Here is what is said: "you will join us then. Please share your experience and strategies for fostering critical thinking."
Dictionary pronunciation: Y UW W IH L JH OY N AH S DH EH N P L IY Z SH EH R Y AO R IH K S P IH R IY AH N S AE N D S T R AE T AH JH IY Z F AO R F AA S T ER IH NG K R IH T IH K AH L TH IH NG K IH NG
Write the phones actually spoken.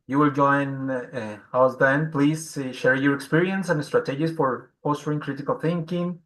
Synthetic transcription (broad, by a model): Y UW W IH L JH OY N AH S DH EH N P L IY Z SH EH R Y AO R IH K S P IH R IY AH N S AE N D S T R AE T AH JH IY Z F AO R P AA S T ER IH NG K R IH T IH K AH L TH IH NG K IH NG